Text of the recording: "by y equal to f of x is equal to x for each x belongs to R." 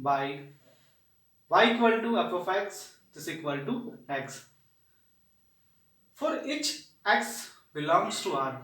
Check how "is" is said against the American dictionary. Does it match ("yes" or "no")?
no